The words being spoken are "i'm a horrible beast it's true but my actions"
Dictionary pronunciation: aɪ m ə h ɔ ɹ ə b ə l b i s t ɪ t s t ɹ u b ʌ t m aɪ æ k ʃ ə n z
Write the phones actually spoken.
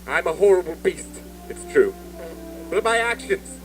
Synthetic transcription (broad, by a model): aɪ m ə h ɔ ɹ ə b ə l b i s t ɪ t s t ɹ u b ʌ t m aɪ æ k ʃ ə n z